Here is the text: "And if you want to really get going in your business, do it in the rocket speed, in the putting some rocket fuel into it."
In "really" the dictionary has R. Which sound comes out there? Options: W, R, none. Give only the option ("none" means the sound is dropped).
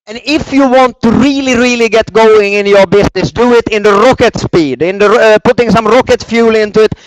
R